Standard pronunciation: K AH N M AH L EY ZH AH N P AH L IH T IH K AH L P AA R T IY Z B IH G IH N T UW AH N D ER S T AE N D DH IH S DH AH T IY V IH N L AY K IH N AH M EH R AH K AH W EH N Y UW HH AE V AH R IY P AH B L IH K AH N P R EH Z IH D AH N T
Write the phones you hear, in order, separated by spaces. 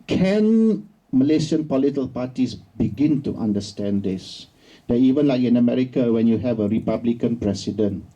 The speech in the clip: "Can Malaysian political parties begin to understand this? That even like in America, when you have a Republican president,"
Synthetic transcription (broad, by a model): K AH N M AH L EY SH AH N P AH L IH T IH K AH L P AA T IY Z B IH G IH N T UW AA N D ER S T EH N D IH S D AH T IY V IH N L AY K IH N AH M EH R AH K AH W EH N Y UW HH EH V AH R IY P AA B L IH K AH N P R EH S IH D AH N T